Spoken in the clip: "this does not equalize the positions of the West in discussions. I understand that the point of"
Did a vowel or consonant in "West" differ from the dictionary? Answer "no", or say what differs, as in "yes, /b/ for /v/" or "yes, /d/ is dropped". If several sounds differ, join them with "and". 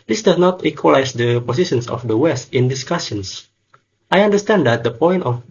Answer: no